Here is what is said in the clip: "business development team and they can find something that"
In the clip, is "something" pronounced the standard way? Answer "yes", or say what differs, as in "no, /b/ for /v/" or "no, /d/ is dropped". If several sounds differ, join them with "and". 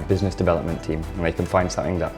yes